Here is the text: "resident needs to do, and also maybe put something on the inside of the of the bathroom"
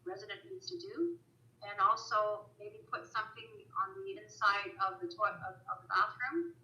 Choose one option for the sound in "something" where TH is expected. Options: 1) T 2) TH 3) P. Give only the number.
2